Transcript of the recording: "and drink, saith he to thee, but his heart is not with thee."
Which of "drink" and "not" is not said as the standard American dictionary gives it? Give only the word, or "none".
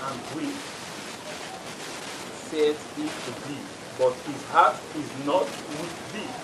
drink